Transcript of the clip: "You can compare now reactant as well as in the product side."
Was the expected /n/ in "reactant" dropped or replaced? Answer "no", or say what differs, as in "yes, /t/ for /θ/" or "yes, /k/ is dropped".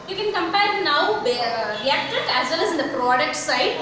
yes, /n/ is dropped